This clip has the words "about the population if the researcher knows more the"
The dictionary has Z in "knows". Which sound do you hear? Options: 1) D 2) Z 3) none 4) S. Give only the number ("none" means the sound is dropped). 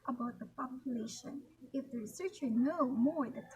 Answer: 3